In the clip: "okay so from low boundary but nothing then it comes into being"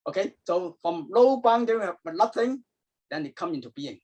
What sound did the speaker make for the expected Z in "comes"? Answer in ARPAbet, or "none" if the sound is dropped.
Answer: none